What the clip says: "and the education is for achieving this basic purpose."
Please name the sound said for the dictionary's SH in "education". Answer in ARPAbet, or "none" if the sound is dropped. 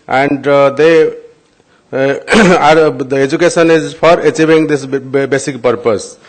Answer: S